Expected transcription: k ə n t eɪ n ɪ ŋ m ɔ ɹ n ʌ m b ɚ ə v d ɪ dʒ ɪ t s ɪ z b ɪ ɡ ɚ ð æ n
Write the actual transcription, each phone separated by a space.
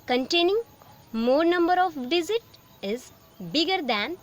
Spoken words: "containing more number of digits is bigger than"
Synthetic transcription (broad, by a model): k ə n t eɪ n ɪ ŋ m ɔ ɹ n ʌ m b ɚ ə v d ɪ z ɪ t ɪ z b ɪ ɡ ɚ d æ n